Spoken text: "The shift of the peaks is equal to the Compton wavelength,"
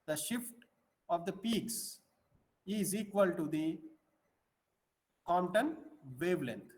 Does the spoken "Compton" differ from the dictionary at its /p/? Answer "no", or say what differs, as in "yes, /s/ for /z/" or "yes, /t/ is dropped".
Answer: yes, /p/ is dropped